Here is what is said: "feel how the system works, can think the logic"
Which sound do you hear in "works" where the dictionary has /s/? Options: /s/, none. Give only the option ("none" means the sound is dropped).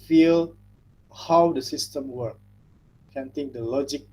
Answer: none